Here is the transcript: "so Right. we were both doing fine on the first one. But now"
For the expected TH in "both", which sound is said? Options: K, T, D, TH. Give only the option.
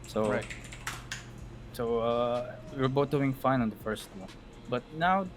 T